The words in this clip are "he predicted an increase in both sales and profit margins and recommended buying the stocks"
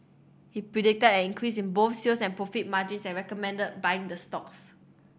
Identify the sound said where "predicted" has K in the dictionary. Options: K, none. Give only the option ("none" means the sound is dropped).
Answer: K